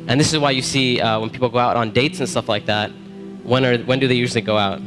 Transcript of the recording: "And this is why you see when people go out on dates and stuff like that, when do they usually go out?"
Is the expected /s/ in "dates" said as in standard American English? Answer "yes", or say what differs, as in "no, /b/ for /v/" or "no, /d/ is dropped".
yes